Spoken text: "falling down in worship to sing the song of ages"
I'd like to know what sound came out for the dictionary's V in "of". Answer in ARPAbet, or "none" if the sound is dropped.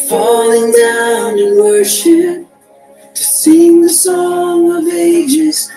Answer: V